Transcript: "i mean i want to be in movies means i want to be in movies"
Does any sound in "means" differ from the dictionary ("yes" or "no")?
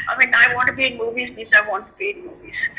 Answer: yes